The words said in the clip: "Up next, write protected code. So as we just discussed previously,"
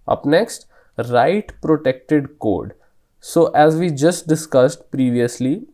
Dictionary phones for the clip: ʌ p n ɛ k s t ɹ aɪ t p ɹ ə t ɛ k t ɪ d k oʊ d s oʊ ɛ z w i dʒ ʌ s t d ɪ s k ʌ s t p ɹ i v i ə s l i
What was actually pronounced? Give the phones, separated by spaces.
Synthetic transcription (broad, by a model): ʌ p n ɛ k s t ɹ aɪ t p ɹ ə t ɛ k t ɪ d k oʊ d s oʊ ɛ z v i dʒ ʌ s t d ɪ s k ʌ s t p ɹ i v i ə s l i